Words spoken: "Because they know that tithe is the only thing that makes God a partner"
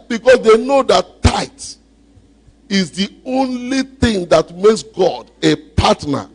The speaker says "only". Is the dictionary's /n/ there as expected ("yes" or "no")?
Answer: yes